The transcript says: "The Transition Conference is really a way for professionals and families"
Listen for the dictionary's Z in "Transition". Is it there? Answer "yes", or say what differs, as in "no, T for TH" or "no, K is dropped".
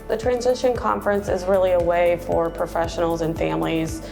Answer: yes